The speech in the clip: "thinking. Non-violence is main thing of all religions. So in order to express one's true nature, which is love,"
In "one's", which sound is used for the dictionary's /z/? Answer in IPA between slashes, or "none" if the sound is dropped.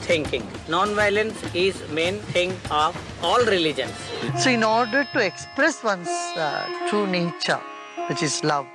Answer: /s/